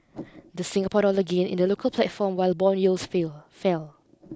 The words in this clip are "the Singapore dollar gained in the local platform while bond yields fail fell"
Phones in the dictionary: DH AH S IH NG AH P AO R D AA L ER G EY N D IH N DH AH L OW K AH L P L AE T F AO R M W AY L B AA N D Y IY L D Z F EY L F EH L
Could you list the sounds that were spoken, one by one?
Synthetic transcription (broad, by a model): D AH S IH NG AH P AO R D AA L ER G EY N IH N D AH L OW K AH L P L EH T F AO M W AY L B AA N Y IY L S F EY L F EH L